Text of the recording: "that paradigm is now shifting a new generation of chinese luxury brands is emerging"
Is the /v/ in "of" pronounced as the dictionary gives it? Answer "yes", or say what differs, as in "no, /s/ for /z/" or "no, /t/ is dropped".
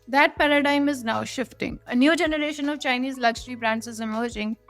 yes